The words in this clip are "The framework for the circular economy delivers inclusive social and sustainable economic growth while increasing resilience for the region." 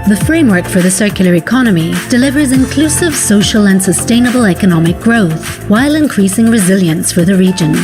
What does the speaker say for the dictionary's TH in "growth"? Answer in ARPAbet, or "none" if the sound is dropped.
TH